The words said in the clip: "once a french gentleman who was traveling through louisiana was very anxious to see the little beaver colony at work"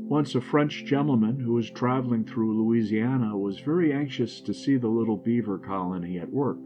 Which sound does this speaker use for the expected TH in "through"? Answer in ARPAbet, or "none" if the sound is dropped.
TH